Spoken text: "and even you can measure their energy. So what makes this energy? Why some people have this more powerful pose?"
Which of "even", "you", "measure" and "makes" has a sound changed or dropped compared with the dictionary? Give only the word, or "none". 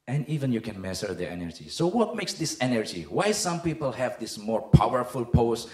measure